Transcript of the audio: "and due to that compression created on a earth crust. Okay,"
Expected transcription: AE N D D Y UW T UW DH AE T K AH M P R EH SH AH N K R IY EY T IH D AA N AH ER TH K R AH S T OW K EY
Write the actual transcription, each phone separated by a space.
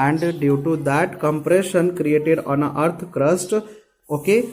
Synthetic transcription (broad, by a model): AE N D D Y UW T UW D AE T K AH M P R EH SH AH N K R IY EY T IH D AA N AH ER T K R AH S T OW K EY